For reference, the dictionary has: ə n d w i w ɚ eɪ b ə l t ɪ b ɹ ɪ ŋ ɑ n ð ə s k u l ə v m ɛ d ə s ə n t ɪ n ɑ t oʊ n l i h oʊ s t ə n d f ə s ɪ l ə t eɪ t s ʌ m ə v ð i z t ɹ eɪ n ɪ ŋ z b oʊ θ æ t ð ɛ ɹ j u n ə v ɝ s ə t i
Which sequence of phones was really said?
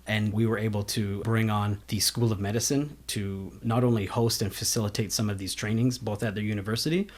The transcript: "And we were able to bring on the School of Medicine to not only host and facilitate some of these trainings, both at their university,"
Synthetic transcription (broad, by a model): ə n w i w ɚ eɪ b l t ɪ b ɹ ɪ ŋ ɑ n ð ə s k u l ə v m ɛ d ə s ə n t ɪ n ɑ t oʊ n l i h oʊ s t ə n f ə s ɪ l ə t eɪ t s ʌ m ə v ð i z t ɹ eɪ n ɪ ŋ z b oʊ θ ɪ t ð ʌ ɹ j u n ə v ɝ s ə t i